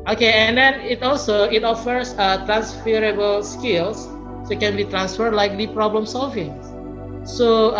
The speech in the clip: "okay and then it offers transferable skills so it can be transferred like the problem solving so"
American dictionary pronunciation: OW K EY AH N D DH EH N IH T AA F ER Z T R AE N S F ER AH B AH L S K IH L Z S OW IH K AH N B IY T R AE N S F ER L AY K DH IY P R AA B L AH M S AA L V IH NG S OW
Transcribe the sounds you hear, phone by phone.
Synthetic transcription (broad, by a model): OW K EY AH N D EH N IH T AA F ER S T R AE N S F ER AH B AH L S K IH L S S OW IH K AH N B IY T R AE N S F ER L AY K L IY P R AA B L AH M S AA L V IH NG S OW